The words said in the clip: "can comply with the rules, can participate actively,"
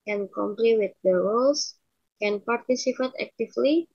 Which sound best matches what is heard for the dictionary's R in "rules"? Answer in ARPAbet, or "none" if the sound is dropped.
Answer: W